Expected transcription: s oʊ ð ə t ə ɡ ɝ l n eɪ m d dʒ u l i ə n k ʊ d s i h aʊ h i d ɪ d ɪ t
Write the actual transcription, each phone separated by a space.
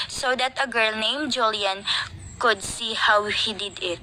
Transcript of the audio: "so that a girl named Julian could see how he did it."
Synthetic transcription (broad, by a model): s oʊ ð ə t ə ɡ ɝ l n eɪ m dʒ u l i ə n k ʊ d s i h aʊ h i d ɪ d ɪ t